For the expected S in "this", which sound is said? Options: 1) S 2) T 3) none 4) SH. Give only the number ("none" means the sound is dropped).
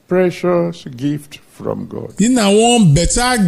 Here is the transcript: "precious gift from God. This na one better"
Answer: 3